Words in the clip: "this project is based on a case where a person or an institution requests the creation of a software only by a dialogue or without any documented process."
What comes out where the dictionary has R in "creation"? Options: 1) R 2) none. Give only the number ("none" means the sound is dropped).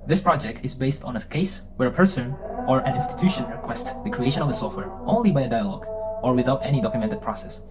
1